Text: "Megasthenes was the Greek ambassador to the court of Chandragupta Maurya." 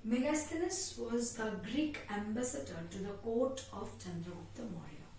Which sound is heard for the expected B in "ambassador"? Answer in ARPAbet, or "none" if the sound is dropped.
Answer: B